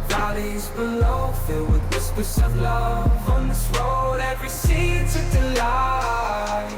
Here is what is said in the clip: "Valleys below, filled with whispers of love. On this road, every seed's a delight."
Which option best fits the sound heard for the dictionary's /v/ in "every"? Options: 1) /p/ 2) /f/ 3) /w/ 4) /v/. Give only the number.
4